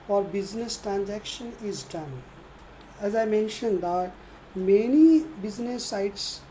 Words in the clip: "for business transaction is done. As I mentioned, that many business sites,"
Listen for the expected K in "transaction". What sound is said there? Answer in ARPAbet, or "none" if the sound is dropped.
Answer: K